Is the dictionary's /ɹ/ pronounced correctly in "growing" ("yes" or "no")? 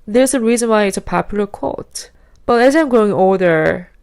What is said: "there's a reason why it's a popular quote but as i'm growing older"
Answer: no